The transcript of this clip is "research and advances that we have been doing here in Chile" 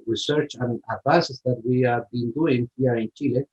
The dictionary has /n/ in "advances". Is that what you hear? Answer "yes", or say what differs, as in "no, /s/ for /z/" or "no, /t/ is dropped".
no, /n/ is dropped